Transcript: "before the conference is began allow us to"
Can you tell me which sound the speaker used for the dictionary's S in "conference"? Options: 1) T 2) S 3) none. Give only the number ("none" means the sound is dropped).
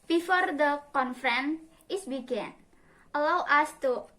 3